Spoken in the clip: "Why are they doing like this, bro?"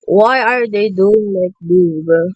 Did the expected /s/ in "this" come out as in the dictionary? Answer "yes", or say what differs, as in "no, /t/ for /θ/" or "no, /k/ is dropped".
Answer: no, /s/ is dropped